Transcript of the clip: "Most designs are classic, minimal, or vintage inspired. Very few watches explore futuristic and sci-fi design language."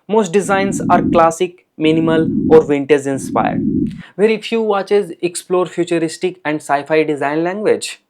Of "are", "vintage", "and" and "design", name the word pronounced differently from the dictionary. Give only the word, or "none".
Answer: vintage